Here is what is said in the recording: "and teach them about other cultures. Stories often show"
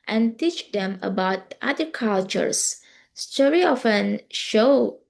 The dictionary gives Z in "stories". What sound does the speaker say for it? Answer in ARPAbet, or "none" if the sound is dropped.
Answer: none